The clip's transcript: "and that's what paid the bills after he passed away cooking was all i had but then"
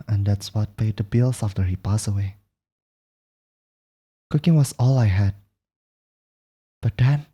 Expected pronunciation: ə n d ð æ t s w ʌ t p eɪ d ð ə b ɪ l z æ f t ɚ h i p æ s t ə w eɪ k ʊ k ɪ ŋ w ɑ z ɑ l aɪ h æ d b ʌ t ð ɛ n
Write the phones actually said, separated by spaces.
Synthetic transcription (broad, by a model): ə n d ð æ t s w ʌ t p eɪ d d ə b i l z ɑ f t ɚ h i p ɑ s ə w eɪ k ʊ k ɪ ŋ w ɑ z ɑ l aɪ h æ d b ʌ t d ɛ n